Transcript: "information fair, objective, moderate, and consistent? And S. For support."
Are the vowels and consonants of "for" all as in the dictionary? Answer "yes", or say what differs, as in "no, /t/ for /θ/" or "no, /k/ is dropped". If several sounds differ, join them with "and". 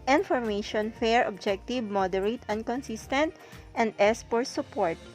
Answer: no, /p/ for /f/